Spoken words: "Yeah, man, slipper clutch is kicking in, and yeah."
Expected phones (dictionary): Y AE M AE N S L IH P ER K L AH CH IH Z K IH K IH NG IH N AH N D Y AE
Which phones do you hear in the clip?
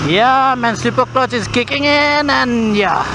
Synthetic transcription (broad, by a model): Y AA M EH N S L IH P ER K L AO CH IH S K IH K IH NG IH N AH N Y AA